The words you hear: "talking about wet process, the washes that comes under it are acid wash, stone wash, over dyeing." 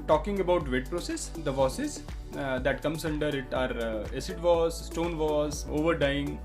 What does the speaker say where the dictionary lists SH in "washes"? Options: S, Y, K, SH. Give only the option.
S